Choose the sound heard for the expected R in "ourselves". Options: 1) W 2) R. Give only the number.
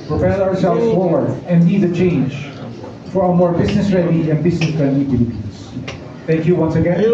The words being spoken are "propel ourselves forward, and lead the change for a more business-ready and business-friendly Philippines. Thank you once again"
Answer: 2